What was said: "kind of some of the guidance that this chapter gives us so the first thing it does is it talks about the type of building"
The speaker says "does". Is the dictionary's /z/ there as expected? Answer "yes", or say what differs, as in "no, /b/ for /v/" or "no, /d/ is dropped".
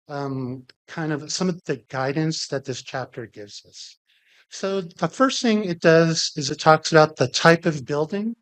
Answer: yes